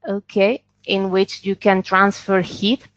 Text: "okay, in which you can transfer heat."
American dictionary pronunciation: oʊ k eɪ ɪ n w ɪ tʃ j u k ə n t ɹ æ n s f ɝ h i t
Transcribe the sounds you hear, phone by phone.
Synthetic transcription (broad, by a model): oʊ k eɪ ɪ n w ɪ tʃ j u k ə n t ɹ æ n s f ɝ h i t